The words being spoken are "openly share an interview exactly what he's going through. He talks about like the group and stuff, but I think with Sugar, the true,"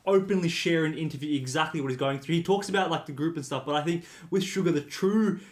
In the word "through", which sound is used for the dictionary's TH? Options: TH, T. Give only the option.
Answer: TH